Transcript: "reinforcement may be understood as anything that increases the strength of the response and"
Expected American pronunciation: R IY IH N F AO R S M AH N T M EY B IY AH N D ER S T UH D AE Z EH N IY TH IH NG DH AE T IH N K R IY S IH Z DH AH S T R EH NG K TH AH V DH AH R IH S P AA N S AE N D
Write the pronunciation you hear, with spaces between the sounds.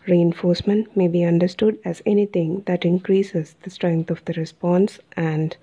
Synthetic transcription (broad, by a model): R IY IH N F AO R S M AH N T M EY B IY AH N D ER S T UH D AE Z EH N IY T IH NG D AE T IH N K R IY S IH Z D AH S T R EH NG K T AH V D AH R IH S P AA N S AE N D